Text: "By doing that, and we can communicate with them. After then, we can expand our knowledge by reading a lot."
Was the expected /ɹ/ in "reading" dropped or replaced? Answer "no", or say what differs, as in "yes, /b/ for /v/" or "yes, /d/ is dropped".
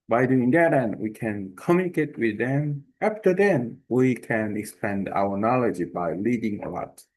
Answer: yes, /l/ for /ɹ/